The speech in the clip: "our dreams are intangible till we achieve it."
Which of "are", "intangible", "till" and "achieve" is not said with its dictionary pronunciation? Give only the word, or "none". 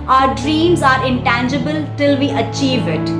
none